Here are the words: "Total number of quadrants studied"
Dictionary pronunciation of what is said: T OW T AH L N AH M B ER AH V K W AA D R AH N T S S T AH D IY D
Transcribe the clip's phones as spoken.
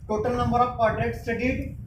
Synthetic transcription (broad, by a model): T OW T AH L N AH M B ER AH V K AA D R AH T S S T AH D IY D